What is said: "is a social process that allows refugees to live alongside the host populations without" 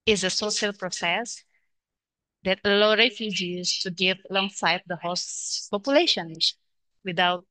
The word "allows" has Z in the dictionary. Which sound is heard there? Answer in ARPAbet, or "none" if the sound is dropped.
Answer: none